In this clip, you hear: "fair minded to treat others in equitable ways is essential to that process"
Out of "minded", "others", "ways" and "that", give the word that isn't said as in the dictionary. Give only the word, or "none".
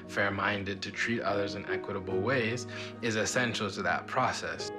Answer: none